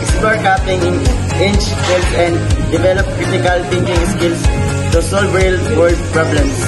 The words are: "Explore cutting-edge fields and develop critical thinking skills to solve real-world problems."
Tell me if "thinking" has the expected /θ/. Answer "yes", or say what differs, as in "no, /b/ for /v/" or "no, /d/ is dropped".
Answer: no, /t/ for /θ/